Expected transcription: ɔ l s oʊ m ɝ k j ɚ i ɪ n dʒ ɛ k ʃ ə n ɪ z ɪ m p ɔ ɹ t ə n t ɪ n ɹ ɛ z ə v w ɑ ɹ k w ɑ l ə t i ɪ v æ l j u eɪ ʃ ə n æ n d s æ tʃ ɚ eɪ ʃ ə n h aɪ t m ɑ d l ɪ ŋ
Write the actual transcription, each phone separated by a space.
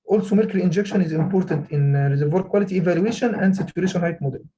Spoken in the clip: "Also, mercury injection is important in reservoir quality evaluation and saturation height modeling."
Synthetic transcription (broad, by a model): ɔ l s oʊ m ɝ k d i ɪ n dʒ ɛ k ʃ ə n ɪ z ɪ m p ɔ ɹ t ə n t ɪ n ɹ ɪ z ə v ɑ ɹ k w ɑ l ə t i ɪ v æ l j u eɪ ʃ ə n æ n d s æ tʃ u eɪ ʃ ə n h aɪ t m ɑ d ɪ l